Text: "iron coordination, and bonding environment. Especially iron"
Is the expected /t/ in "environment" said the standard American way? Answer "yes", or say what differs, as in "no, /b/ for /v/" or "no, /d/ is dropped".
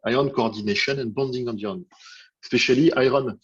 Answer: no, /t/ is dropped